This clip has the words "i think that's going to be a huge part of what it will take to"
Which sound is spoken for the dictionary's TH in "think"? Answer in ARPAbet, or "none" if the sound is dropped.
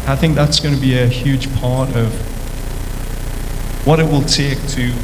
TH